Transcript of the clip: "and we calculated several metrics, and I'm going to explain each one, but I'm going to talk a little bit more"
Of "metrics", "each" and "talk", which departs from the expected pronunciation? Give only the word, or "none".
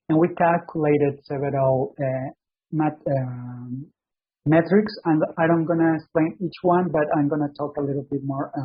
none